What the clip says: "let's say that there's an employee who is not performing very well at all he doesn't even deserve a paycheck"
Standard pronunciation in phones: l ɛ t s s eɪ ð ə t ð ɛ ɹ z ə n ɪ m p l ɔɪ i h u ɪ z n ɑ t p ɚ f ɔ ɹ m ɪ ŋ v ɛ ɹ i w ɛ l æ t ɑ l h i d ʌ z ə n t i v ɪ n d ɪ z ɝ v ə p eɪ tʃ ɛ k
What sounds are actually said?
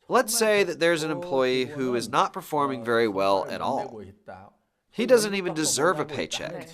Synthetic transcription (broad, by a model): l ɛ t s s eɪ ð ə t ð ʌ ɹ z ə n ɪ m p l ɔɪ i h u ɪ z n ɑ t p ɚ f ɔ ɹ m ɪ ŋ v ɛ ɹ i w ɛ l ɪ t ɑ l h i d ʌ z ə n t i v ɪ n d ɪ z ɝ v ə p eɪ tʃ ɛ k